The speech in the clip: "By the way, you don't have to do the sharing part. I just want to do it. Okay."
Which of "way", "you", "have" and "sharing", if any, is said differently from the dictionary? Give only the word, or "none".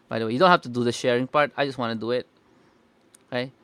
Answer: have